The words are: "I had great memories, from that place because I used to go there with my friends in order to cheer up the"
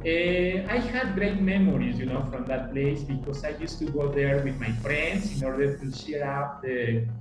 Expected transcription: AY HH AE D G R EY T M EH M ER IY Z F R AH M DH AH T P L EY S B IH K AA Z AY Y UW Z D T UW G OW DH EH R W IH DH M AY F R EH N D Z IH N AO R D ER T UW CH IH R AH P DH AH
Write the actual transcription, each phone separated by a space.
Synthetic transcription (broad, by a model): AY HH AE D G R EY T M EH M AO IY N F R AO M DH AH T P L EY S B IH K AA S AY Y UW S T UW G OW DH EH R W IH DH M AY F R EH N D S IH N AO R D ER T UW SH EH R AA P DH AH